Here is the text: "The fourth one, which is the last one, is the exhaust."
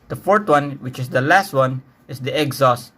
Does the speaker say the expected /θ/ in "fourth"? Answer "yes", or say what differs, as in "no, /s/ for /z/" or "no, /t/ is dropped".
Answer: no, /t/ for /θ/